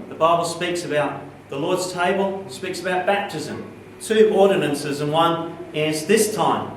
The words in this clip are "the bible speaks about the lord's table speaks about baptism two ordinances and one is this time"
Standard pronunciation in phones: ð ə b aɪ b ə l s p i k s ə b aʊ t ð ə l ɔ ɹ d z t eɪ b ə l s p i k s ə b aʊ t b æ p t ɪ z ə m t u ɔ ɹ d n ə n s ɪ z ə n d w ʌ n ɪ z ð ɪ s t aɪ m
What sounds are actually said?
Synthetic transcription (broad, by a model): ð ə b aɪ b l s p i k s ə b aʊ t ð ə l ɔ ɹ d z t eɪ b ə l s p i k s ə b aʊ t b æ p t ɪ z ə m t u ɔ ɹ d n ə n s ɪ z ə n w ʌ n ɪ z ð ɪ s t aɪ m